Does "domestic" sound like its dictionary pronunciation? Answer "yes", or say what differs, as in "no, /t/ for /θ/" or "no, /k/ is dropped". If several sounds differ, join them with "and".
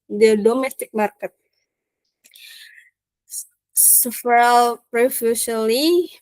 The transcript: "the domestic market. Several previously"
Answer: yes